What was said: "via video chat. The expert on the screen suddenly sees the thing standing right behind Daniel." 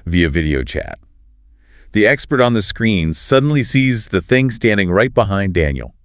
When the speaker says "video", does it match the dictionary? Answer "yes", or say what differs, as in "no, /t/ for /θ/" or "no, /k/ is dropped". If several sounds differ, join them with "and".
yes